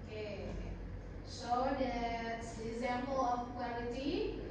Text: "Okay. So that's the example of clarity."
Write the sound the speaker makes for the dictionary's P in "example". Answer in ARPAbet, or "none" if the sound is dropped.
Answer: P